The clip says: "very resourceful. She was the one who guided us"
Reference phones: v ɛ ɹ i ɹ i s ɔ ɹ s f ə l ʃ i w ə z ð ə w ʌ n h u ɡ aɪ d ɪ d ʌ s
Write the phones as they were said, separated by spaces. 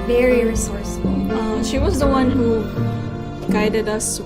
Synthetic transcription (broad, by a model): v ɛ ɹ i ɹ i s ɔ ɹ s ə l ʃ i w ə z ð ə w ʌ n h u ɡ aɪ d ɪ d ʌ s